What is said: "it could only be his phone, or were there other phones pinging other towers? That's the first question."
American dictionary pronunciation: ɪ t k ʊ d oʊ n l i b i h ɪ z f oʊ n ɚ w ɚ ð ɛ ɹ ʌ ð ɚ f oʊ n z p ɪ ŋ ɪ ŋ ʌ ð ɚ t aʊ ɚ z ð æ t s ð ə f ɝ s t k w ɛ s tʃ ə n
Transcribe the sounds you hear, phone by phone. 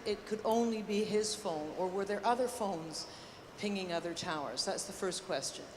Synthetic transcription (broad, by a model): ɪ t k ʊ d oʊ n l i b i ɪ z f oʊ n ɚ w ɚ ð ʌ ɹ ʌ ð ɚ f oʊ n z p ɪ ŋ ɪ ŋ ʌ ð ɚ t aʊ ɚ z ð æ t s ð ə f ɝ s k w ɛ s tʃ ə n